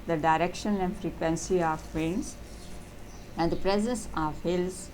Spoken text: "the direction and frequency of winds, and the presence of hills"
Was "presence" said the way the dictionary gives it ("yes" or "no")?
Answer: yes